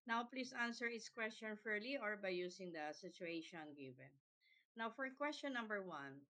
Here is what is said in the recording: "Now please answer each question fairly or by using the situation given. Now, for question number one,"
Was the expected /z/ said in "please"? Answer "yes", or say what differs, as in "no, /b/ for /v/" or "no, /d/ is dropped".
no, /s/ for /z/